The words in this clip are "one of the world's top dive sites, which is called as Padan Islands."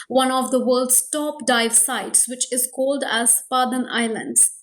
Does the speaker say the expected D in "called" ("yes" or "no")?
yes